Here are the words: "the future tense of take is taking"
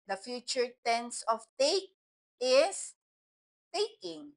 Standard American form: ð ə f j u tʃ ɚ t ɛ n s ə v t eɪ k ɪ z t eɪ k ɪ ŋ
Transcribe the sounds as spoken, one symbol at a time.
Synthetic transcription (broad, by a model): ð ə f j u tʃ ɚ t ɛ n s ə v t eɪ k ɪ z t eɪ k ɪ ŋ